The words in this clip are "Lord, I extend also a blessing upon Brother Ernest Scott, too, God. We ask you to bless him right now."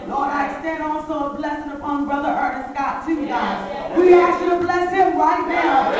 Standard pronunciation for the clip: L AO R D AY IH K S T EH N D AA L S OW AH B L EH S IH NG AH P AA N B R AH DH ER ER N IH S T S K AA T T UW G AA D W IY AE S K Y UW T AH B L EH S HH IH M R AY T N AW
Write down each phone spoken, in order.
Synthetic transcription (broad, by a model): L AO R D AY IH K S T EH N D AA L S OW AH B L EH S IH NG AH P AA N B R AH DH ER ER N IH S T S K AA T T UW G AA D W IY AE K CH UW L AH B L EH S HH IH M R AY T N AW